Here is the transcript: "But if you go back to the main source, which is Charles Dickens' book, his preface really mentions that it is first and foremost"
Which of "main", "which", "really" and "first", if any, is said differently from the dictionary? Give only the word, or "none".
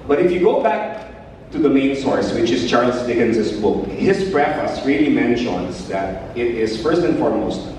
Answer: none